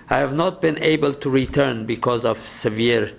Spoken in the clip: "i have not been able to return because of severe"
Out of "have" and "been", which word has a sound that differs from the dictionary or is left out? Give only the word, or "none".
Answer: none